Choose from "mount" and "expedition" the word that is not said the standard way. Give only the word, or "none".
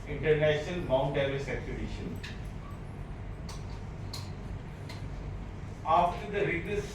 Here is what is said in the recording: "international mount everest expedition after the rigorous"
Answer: expedition